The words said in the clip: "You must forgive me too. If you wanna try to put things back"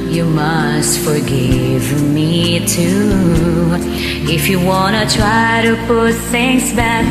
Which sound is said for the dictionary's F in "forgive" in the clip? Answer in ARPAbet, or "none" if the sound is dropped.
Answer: F